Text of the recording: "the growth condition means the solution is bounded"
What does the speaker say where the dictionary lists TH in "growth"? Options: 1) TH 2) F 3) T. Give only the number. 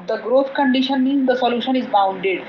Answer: 3